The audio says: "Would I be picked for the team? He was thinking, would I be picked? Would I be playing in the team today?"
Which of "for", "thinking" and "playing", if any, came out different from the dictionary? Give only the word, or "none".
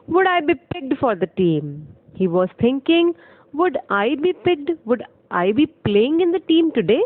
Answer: thinking